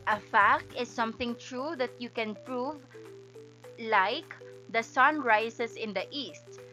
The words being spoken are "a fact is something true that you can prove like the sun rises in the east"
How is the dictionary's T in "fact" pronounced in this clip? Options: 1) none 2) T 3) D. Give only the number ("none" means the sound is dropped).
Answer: 2